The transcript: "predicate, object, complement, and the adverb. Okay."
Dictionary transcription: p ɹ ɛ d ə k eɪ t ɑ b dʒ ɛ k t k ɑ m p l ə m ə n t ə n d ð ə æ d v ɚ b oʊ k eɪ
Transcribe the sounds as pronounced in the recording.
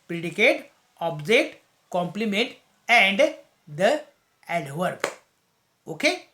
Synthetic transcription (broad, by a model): p ɹ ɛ d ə k eɪ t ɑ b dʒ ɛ t k ɑ m p l ə m ə n t ə n d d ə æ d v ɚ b oʊ k eɪ